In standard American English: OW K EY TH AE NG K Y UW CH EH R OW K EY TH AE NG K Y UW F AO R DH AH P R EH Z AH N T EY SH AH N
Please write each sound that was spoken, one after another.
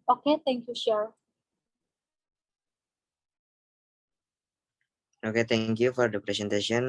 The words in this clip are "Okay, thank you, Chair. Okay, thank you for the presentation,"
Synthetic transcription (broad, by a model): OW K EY T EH NG K Y UW SH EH R OW K EY T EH NG K Y UW F AO R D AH P R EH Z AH N T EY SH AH N